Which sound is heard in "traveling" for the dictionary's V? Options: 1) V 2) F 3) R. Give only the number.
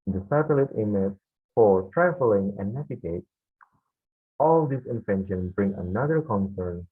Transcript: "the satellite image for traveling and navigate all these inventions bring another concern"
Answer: 2